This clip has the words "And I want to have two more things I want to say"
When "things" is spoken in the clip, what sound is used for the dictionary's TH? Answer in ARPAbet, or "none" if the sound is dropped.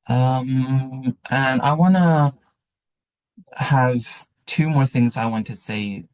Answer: TH